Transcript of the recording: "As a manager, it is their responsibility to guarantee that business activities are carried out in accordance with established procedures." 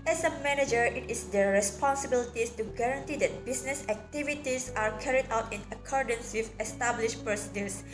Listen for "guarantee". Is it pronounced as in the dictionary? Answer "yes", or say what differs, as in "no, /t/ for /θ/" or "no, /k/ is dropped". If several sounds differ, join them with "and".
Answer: yes